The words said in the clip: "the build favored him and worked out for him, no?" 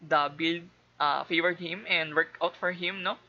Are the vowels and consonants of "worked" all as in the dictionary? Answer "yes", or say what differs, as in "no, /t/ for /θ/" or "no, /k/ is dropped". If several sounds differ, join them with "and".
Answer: no, /t/ is dropped